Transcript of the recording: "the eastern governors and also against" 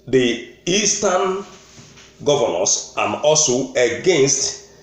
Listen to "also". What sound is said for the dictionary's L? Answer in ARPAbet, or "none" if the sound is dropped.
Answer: L